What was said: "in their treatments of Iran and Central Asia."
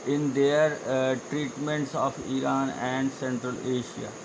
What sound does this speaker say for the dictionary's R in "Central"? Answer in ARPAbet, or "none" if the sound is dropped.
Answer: R